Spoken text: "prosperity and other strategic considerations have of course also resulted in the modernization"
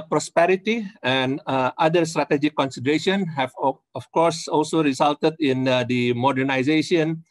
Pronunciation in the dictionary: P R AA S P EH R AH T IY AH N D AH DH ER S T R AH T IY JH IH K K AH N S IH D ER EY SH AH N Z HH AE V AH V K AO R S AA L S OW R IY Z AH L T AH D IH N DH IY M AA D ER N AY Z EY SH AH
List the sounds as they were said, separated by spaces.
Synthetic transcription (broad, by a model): P R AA S P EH R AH T IY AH N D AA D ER S T R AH T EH JH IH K K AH N S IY D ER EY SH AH N HH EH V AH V K AO R S AA L S OW R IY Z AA L T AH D IH N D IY M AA D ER N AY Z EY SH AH